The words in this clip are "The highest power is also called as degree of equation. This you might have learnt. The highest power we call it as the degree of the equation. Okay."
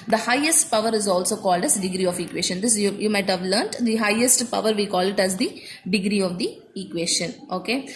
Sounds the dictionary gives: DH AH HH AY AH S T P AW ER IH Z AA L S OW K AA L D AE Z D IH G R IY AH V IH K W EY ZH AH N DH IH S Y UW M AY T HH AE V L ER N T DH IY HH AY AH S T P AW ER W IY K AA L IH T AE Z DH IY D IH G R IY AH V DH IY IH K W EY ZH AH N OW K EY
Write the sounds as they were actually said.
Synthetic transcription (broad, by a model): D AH HH AY AH S T P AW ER IH Z AA L S OW K AA L D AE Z D IH G R IY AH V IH K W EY SH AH N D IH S Y UW M AY T HH AE V L ER N T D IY HH AY AH S T P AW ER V IY K AA L IH T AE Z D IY D IH G R IY AH V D IY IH K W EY SH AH N OW K EY